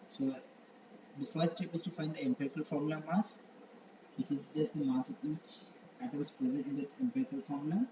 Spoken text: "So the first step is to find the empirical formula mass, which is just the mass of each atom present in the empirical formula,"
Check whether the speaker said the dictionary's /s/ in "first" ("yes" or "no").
no